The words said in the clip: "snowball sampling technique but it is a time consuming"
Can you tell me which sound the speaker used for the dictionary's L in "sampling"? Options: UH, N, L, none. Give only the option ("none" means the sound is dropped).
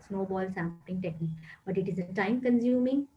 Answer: none